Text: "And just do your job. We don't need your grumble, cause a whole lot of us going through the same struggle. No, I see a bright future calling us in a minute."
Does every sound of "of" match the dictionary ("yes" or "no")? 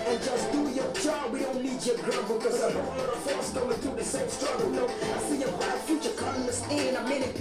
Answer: no